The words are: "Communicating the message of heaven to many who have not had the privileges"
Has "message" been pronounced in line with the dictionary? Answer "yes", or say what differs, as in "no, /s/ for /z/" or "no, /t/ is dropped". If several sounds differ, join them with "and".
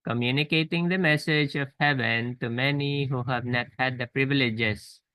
yes